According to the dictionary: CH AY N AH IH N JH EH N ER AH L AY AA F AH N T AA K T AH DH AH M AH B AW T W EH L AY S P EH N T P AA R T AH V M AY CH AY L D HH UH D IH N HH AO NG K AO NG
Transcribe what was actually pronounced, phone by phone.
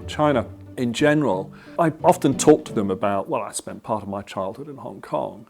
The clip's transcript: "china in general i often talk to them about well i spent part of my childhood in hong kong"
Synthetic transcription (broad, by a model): CH AY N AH IH N JH EH N ER AH L AY AA F AH N T AA K T AH DH AH M AH B AW T W EH L AY S P EH N P AA R T AH V M AY CH AY L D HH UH D IH N HH AO NG K AO NG